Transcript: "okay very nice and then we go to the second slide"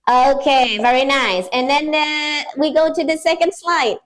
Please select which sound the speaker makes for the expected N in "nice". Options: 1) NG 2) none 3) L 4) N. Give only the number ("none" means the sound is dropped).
4